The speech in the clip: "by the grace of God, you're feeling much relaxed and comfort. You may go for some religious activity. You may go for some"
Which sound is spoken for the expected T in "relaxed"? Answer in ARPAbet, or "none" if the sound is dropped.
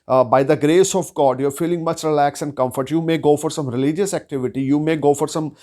none